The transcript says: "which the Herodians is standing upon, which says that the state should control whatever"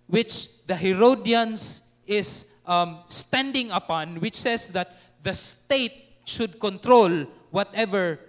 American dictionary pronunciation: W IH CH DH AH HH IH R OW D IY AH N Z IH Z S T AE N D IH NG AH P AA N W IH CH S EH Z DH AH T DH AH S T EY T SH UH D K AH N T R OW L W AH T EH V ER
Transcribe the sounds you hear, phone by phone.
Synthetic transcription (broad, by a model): W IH CH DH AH HH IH R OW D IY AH N S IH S S T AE N D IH NG AH P AA N W IH CH S EH S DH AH T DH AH S T EY T SH UH D K AH N T R OW L W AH T EH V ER